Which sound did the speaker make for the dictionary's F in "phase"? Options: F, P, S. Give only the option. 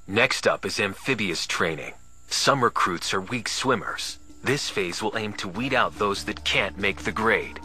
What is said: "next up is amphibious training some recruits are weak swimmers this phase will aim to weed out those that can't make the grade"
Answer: F